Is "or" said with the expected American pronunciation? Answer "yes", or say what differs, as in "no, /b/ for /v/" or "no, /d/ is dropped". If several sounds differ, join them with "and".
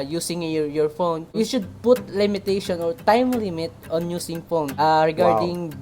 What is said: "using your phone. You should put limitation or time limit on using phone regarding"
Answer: yes